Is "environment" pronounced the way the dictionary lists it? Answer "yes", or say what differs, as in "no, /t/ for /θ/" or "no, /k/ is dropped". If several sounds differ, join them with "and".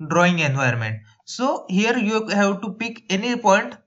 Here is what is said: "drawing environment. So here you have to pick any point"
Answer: no, /ɹ/ is dropped